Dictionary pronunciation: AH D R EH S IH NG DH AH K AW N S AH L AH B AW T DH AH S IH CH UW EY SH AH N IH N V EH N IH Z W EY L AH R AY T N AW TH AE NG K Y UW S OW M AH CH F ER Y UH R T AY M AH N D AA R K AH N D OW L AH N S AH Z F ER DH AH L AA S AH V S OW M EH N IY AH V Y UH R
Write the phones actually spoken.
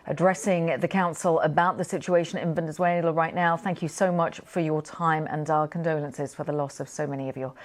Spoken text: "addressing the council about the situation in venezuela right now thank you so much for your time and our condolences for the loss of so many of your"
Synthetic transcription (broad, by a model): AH D R EH S IH NG DH AH K AW N S AH L AH B AW T DH AH S IH CH UW EY SH AH N IH N V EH N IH Z W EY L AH R AY T N AW TH AE NG K Y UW S OW M AH CH F ER Y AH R T AY M AH N D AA K AH N D OW L AH N S AH Z F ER DH AH L AA S AH V S OW M EH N IY AH V Y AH